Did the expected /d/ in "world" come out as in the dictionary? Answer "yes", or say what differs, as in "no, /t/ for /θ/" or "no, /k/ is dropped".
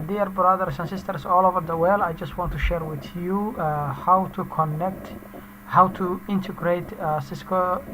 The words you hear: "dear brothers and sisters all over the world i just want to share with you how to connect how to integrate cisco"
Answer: no, /d/ is dropped